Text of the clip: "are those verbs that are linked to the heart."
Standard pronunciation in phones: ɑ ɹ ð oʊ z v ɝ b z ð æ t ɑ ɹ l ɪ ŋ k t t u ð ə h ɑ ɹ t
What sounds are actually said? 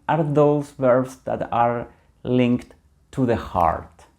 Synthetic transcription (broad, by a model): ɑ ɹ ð oʊ s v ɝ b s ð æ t ɑ ɹ l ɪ ŋ k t t u ð ə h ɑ ɹ t